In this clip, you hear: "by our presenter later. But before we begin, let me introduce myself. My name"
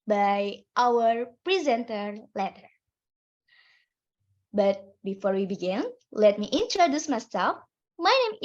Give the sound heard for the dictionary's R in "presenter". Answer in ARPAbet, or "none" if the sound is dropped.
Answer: R